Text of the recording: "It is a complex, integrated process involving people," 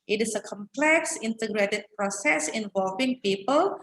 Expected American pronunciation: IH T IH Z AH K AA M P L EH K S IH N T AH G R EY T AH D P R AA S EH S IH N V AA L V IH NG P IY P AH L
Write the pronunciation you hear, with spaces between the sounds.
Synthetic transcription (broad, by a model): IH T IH S AH K AA M P L EH K S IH N T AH G R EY T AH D P R AA S EH S IH N V AA L V IH NG P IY P AH L